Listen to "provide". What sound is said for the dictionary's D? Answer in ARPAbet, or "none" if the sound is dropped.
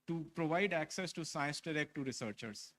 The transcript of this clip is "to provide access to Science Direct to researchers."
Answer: D